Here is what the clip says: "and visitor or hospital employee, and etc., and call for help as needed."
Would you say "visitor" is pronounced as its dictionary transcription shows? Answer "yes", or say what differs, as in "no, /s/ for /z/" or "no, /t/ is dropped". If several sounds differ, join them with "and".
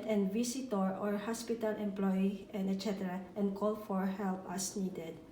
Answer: no, /s/ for /z/